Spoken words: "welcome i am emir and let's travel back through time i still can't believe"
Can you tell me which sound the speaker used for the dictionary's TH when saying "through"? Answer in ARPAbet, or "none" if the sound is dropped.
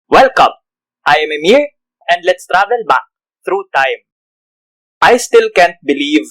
T